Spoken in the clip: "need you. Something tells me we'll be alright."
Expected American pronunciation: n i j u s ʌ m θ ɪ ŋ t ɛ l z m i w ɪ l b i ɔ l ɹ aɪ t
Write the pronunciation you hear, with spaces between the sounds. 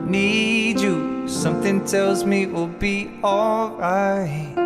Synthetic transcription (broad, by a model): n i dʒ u s ʌ m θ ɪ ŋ t ɛ l z m i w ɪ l b i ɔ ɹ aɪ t